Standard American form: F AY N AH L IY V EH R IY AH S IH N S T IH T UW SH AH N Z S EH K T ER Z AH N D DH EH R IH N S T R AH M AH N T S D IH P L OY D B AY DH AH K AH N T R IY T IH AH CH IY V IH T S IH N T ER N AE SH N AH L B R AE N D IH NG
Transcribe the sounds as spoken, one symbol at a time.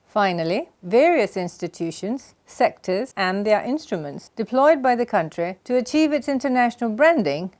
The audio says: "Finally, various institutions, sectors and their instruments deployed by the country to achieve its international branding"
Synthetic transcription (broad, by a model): F AY N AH L IY V EH R IY AH S IH N S T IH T UW SH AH N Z S EH K T ER Z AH N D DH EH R IH N S T R AH M AH N T S D IH P L OY D B AY DH AH K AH N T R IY T IH AH CH IY V IH T S IH N T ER N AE SH N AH L B R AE N D IH NG